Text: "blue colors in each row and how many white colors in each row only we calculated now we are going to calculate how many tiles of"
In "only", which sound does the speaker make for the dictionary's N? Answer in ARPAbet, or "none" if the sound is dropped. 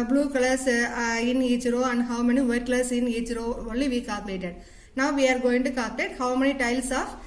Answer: none